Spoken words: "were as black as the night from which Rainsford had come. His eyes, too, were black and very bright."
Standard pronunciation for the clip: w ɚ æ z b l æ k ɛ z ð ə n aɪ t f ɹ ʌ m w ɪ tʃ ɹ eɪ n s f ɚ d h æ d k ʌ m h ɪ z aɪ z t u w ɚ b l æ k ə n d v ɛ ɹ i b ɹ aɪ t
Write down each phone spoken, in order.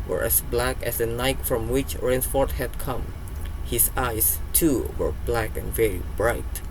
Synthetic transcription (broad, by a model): w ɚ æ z b l æ k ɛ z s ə n aɪ t f ɹ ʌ m w ɪ tʃ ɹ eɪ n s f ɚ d h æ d k ʌ m h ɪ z aɪ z t u w ɚ b l æ k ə n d v ɛ ɹ i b ɹ aɪ t